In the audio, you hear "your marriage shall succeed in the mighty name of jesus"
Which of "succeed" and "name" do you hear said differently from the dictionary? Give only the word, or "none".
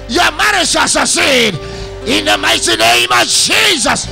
succeed